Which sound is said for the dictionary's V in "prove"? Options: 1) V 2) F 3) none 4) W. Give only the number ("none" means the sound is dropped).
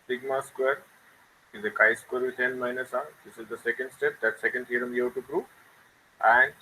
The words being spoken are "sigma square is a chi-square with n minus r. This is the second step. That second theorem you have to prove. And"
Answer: 3